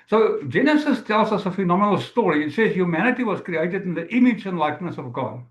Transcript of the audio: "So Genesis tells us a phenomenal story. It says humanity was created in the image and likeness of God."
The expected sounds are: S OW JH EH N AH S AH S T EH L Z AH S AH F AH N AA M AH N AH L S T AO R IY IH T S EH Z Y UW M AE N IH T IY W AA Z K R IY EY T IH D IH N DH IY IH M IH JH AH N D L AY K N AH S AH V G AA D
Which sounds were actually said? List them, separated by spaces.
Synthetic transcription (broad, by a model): S OW JH EH N AH S AH S T EH L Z AH S AH F AH N AA M AH N AH L S T AO R IY IH T S EH Z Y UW M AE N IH T IY W AA Z K R IY EY T IH D IH N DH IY IH M IH JH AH N L AY K N AH S AH V G AA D